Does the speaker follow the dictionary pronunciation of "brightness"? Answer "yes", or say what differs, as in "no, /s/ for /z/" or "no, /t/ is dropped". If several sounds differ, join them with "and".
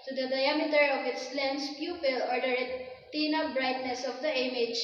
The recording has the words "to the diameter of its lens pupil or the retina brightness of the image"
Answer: yes